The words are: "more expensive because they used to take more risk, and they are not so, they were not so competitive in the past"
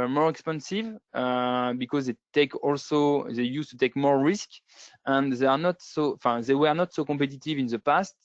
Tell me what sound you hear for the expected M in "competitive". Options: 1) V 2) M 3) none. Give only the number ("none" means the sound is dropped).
3